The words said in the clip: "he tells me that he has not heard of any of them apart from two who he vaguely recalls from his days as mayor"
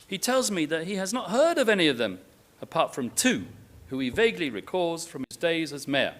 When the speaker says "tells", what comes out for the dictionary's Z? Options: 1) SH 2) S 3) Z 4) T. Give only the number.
3